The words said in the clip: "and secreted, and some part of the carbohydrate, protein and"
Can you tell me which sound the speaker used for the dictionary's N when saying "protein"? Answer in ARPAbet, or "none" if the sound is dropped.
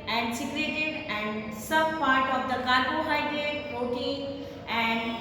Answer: none